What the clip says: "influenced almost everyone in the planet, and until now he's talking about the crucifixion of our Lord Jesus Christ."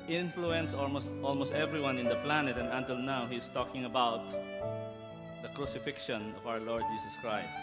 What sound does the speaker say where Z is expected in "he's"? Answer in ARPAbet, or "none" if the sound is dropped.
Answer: S